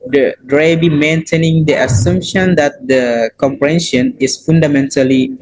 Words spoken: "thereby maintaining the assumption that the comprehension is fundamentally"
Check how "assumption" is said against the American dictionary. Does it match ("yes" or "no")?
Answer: yes